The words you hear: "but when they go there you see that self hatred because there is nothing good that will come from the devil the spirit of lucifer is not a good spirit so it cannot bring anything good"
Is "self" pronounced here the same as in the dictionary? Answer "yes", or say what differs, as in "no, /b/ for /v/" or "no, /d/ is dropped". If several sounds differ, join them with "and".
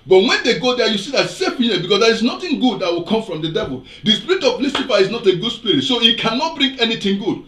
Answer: no, /l/ is dropped